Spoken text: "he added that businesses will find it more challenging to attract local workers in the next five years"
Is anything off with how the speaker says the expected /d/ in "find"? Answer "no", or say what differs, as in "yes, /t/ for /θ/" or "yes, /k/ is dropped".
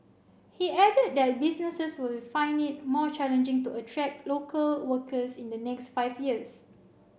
yes, /d/ is dropped